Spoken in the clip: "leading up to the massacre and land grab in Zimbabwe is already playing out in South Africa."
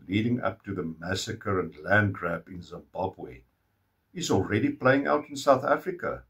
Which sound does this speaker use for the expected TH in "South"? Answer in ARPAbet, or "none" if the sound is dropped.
TH